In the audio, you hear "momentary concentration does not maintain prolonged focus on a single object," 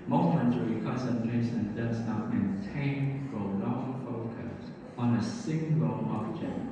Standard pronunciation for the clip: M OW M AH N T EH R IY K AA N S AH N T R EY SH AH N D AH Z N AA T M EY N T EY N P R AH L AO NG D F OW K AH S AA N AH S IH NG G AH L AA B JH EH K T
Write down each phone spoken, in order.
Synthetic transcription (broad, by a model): M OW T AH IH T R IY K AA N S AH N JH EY S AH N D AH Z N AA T M EY N T EY N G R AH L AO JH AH F OW K AH S AA N AH S IH NG G AH L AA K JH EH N